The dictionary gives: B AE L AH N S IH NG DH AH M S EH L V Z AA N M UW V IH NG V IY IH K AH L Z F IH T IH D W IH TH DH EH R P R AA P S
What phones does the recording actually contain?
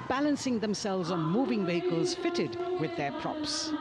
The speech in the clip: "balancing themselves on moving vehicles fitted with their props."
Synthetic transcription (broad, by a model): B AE L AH N S IH NG DH AH M S EH L V Z N M UW V IH NG V IY IH K AH L Z F IH T IH D W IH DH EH R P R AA P S